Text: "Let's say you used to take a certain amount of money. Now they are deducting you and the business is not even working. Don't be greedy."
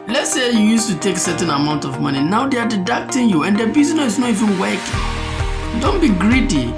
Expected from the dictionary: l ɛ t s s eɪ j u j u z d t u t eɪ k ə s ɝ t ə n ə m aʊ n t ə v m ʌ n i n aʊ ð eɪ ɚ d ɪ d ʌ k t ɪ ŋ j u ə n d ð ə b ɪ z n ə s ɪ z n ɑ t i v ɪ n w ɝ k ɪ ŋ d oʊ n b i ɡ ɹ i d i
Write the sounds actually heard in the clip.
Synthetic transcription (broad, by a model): l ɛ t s s eɪ j u j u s t u t eɪ k s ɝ t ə n ə m aʊ n t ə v m ʌ n i n aʊ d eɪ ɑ d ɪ d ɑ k t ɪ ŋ j u ə n d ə b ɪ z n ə ɪ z n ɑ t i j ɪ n w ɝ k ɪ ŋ d oʊ n b i ɡ ɹ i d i